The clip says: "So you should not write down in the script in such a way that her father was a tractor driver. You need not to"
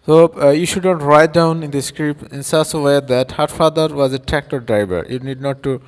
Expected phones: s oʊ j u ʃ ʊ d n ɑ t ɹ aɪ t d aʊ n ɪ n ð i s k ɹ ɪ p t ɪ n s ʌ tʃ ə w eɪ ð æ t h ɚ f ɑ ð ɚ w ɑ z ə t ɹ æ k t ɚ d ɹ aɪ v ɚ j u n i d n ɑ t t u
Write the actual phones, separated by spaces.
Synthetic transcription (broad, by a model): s oʊ j u ʃ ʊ d n ɑ t ɹ aɪ t d aʊ n ɪ n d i s k ɹ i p ɪ n s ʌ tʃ ə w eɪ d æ t h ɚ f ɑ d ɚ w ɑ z ə t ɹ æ k t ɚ d ɹ aɪ b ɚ j u n i d n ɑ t t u